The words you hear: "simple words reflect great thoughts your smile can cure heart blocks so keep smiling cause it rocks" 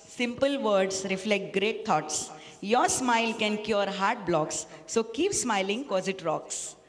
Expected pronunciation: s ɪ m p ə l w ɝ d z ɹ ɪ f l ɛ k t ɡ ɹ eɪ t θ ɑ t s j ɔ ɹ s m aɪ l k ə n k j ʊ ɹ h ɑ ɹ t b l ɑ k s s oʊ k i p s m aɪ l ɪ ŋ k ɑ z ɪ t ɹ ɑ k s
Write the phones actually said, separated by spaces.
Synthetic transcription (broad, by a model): s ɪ m p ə l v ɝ d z ɹ ɪ f l ɛ k t ɡ ɹ eɪ t t ɑ t s j ɔ ɹ s m aɪ l k ə n k j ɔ ɹ h ɑ ɹ t b l ɑ k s s oʊ k i p s m aɪ l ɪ ŋ k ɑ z ɪ t ɹ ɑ k s